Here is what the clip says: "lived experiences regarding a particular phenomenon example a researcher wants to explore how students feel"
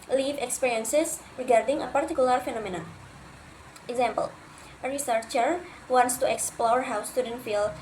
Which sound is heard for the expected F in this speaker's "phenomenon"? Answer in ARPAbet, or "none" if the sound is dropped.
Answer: F